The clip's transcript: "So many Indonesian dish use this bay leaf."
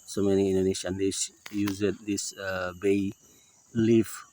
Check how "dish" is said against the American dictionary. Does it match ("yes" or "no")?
no